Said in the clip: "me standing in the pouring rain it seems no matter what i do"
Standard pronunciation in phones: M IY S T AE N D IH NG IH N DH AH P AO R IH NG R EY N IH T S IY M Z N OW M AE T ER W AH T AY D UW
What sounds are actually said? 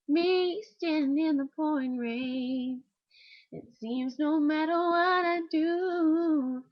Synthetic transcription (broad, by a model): M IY S T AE N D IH IH N DH AH P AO IH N R EY IH T S IY M Z N OW M AE T ER W AH T AY D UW